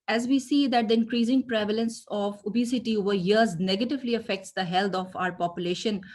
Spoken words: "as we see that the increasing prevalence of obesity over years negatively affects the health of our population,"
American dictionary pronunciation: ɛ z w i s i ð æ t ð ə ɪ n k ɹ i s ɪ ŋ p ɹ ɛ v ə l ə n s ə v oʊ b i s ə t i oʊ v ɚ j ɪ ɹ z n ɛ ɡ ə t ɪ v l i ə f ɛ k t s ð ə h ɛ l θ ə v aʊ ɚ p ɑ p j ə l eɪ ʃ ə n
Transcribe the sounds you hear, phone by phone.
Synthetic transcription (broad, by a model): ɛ z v i s i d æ t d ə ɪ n k ɹ i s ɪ ŋ p ɹ ɛ v ə l ə n s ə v oʊ b i s ə t i oʊ v ɚ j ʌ ɹ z n ɛ ɡ ə t ɪ v l i ə f ɛ k t s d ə h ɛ l t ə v aʊ ɚ p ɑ p j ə l eɪ ʃ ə n